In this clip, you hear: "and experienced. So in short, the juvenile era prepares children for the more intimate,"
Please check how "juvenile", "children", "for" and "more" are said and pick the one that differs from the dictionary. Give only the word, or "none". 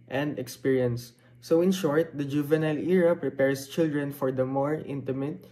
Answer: none